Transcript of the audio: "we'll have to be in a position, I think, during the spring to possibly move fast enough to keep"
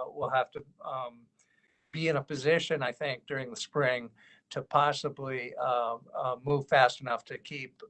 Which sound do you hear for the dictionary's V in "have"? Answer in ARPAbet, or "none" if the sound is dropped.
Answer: F